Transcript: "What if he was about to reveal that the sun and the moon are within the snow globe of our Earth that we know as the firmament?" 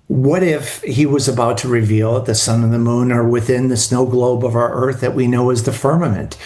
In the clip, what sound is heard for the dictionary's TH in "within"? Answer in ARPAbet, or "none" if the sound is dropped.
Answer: TH